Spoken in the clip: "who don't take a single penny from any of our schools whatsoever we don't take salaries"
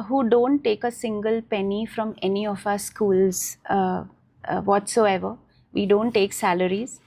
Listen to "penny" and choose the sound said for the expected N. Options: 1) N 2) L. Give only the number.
1